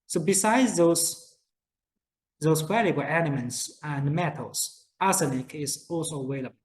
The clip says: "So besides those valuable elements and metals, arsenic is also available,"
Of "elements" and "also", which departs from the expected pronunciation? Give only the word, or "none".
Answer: elements